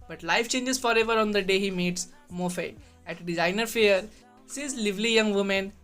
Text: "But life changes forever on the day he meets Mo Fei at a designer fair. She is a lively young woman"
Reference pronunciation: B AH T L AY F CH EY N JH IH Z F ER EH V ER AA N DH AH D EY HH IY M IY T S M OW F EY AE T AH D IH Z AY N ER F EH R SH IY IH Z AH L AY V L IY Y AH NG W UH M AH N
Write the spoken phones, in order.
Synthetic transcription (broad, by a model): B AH T L AY F CH EY N JH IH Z F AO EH V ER AA N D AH D EY HH IY M IY T S M OW F EY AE T D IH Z AY N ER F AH R S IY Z L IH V L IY Y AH NG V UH M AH N